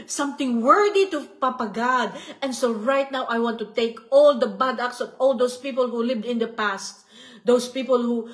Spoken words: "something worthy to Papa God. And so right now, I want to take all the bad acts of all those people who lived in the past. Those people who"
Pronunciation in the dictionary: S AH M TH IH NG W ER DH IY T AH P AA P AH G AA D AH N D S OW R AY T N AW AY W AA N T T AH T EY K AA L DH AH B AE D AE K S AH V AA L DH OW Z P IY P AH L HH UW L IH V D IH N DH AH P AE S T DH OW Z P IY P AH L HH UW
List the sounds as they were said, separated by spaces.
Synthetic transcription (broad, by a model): S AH M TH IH NG W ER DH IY T AH P AA P AH G AA D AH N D S OW R AY T N AW AY W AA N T T AH T EY K AA L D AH B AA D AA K S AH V AA L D OW S P IY P AH L HH UW L IH V D IH N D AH P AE S T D OW S P IY P AH L HH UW